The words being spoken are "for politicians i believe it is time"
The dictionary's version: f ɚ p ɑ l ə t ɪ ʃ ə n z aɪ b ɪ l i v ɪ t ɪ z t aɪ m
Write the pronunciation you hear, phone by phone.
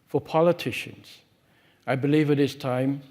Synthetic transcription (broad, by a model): f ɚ p ɑ l ə t ɪ ʃ ə n z aɪ b ɪ l i v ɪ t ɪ s t aɪ m